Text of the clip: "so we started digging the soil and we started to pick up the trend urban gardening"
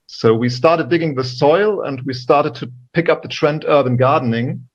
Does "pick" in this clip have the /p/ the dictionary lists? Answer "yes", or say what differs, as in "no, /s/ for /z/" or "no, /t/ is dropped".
yes